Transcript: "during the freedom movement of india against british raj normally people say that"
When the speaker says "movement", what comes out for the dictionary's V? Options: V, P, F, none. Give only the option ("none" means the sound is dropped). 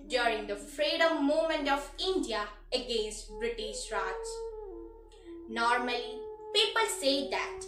none